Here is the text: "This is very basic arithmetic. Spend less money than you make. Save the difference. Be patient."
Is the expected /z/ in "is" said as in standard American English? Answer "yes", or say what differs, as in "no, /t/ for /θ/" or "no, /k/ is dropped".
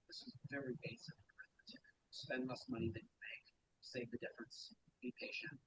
yes